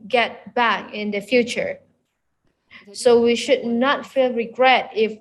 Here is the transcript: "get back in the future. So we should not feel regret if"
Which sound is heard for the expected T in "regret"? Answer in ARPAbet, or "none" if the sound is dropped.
T